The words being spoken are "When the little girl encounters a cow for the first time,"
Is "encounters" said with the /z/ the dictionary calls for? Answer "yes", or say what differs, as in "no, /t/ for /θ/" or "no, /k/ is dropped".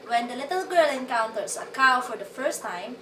no, /s/ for /z/